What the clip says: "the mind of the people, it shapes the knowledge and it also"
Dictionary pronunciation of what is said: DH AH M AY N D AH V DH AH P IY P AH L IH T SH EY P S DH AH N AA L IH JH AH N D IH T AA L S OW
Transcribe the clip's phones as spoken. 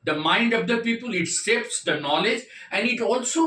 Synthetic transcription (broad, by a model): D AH M AY N D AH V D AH P IY P AH L IH T S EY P S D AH N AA L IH JH AH N D IH T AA L S OW